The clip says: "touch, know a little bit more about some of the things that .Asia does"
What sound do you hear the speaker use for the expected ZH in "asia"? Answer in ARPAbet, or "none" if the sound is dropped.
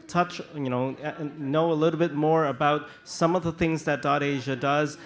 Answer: ZH